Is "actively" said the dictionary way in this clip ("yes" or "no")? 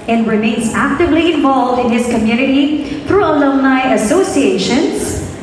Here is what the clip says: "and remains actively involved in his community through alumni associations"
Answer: yes